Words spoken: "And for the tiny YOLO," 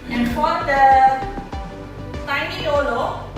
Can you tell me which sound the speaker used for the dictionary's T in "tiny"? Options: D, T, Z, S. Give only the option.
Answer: S